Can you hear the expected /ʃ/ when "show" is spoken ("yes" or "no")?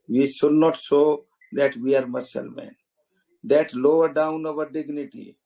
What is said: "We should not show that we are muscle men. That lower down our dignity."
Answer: no